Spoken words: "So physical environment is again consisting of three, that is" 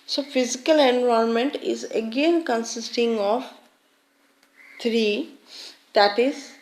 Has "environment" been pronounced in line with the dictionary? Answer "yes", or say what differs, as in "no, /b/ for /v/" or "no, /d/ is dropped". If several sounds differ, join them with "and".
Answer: no, /ɹ/ is dropped